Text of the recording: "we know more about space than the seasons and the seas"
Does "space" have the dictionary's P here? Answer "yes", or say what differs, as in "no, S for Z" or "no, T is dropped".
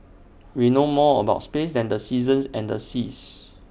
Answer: yes